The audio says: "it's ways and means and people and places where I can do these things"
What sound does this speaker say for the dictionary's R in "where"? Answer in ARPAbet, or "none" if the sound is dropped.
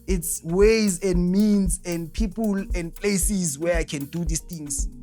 R